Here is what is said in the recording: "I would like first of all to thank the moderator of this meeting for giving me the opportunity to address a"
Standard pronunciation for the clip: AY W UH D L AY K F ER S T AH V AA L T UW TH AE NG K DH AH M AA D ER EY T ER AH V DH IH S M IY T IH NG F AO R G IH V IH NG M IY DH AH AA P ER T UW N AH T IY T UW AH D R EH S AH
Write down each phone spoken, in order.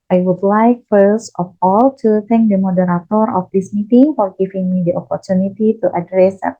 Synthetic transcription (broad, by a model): AY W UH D L AY K F ER S T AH F AA L T UW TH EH NG K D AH M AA D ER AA T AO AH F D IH S M IY T IH NG F AO R G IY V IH NG M IY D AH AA P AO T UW N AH T IY T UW AH D R EH S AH